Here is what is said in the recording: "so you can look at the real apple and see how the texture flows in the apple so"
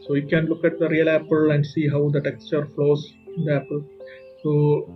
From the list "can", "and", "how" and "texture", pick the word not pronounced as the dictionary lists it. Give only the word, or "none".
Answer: none